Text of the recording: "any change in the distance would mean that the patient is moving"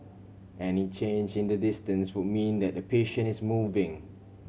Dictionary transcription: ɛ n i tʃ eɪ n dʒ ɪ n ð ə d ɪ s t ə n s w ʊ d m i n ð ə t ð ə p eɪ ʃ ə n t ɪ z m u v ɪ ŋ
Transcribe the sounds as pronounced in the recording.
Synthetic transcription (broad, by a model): ɛ n i tʃ eɪ n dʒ ɪ n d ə d ɪ s t ə n s w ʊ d m i n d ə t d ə p eɪ ʃ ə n ɪ s m u v ɪ ŋ